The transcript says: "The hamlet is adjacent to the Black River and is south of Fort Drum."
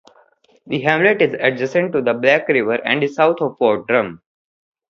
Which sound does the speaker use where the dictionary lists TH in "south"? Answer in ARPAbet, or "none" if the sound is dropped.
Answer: T